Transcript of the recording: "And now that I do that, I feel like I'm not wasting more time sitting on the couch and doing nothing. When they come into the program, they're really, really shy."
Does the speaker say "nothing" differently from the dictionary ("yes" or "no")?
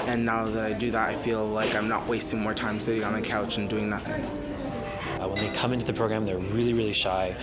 no